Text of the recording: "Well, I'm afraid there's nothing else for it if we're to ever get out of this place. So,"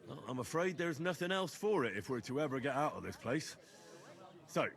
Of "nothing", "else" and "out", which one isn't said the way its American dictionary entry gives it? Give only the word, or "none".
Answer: none